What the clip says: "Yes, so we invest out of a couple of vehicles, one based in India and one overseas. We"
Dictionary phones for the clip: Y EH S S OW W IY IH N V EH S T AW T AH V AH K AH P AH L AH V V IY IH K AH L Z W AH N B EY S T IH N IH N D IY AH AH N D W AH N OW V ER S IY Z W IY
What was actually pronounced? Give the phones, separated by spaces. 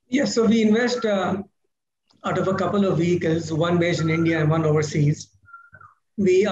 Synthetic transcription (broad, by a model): Y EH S S OW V IY IH N V EH S T AW T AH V AH K AH P AH L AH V V IY IH K AH L Z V AH N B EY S IH N IH N D IY AH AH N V AH N OW V ER S IY Z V IY